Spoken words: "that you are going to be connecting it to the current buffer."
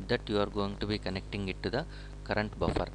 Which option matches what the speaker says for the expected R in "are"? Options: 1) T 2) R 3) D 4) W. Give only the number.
2